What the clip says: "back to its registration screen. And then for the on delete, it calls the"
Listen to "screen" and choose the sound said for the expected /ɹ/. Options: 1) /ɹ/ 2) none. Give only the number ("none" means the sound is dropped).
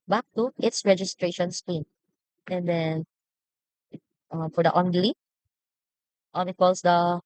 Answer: 2